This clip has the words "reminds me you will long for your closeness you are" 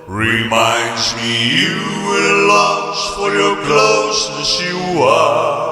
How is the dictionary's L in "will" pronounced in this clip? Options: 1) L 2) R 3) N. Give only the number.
3